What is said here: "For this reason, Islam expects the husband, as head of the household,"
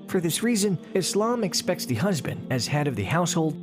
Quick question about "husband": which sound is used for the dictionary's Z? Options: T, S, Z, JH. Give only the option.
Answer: Z